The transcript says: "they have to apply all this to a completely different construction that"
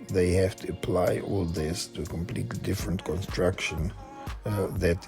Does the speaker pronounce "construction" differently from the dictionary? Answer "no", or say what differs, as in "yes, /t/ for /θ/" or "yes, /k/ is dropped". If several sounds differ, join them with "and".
no